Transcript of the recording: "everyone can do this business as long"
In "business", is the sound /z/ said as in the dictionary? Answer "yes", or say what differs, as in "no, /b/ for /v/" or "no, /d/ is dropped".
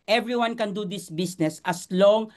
no, /s/ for /z/